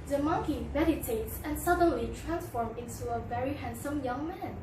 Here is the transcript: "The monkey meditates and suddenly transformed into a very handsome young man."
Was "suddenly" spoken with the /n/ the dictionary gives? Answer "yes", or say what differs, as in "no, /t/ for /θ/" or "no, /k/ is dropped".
yes